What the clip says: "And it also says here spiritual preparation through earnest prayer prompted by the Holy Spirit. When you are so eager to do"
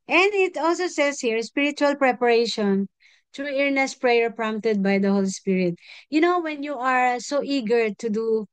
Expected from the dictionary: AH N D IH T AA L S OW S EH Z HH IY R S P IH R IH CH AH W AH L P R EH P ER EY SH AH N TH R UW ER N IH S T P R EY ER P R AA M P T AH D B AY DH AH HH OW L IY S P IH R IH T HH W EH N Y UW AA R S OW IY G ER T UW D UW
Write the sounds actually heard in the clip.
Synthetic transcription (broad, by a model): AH N D IH T AA L S OW S EH S HH IY R S P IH R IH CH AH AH L P R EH P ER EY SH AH N T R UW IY N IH S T P R EY ER P R AA M P T AH D B AY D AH HH OW L IY S P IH R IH T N W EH N Y UW AA R S OW IY G ER T UW D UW